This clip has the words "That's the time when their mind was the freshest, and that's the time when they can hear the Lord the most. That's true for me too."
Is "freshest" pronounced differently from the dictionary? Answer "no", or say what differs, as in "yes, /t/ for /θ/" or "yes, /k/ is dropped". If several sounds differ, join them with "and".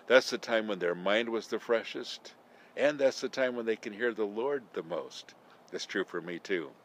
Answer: no